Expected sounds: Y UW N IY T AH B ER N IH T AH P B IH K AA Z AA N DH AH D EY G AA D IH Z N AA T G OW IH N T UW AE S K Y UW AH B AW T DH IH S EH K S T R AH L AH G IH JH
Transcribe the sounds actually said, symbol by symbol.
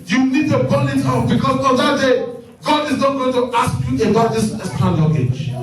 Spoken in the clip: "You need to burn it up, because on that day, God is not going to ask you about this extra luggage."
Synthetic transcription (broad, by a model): Y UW N IY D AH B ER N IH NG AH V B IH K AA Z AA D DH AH D EY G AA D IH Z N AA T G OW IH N T UW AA S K Y UW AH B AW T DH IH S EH S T AH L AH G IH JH